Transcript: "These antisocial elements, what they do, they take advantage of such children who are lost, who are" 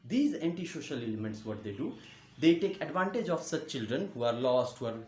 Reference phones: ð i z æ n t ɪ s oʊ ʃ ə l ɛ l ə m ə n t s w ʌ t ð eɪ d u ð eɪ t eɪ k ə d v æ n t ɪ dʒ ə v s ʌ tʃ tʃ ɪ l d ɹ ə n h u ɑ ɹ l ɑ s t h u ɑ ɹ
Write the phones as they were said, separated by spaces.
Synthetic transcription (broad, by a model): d i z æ n t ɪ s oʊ ʃ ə l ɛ l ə m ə n t s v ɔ t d eɪ d u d eɪ t eɪ k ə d v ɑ n t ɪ dʒ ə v s ʌ tʃ tʃ ɪ l d ɹ ə n h u ɑ ɹ l ɑ s t h u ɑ ɹ